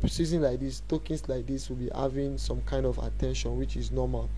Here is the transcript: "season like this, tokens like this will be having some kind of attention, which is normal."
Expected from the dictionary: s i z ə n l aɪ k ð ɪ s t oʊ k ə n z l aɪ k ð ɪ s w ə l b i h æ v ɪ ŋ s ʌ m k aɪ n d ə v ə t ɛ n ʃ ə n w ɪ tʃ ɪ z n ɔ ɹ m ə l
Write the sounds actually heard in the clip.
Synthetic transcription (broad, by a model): s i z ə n l aɪ k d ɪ s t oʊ k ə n s l aɪ k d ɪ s w ə l b i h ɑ v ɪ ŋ s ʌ m k aɪ n d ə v ə t ɛ n ʃ ə n w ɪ tʃ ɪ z n ɔ m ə l